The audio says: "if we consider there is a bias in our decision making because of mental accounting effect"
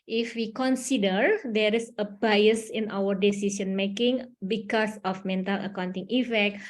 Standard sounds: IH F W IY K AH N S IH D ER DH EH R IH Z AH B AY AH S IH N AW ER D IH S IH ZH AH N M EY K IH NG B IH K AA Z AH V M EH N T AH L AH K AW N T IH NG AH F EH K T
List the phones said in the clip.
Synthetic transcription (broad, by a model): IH F W IY K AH N S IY D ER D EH R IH S AH B AY AH S IH N AW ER D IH S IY S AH N M EY K IH NG B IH K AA S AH F M EH N T AH L AH K AW N T IH NG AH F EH K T